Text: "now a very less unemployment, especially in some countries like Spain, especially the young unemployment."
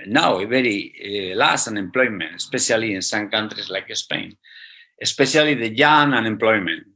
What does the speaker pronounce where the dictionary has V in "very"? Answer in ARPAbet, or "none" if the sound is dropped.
B